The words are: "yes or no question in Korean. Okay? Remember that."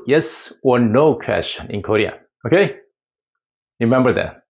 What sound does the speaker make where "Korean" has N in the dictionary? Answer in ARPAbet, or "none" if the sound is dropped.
none